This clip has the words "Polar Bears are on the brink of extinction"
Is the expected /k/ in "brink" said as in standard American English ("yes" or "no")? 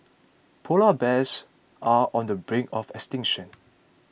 no